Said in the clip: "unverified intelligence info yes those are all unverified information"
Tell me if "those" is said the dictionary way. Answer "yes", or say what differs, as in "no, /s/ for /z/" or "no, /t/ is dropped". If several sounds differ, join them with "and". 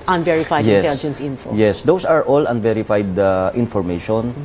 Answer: no, /s/ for /z/